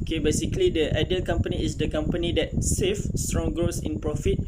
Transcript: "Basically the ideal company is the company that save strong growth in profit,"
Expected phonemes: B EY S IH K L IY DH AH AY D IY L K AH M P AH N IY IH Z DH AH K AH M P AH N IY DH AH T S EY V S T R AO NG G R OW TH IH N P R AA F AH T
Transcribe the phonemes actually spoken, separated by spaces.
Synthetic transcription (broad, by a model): B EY S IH K L IY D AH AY D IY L K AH M P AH N IY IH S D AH K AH M P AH N IY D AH T S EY F S T R AO NG G R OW S IH N P R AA F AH T